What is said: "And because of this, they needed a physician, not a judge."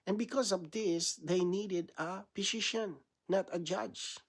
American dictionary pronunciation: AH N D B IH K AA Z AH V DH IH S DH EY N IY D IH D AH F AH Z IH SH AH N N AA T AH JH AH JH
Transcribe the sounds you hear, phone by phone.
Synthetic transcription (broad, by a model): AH N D B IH K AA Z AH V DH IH S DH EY N IY D IH D AH P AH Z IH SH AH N N AA T AH JH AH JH